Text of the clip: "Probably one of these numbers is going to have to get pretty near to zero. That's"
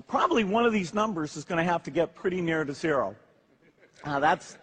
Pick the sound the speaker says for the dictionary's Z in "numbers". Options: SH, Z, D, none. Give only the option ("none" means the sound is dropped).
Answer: Z